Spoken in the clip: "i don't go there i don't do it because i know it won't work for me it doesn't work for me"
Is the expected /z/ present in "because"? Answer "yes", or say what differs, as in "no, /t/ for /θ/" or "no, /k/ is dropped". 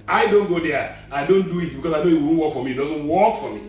no, /s/ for /z/